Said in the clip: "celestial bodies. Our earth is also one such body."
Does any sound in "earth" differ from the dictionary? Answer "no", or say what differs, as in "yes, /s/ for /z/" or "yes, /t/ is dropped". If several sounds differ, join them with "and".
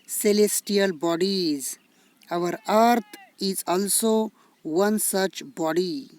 yes, /t/ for /θ/